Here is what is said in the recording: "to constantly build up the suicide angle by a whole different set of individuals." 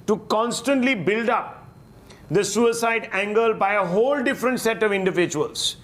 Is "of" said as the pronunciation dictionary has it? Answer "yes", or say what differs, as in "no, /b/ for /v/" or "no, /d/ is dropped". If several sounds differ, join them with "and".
yes